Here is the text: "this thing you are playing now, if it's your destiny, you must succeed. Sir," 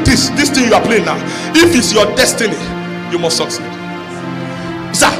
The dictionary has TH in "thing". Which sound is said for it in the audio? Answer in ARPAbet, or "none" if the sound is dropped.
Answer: T